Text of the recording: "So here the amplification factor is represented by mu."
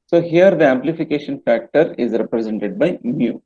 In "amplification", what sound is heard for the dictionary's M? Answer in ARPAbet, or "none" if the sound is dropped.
M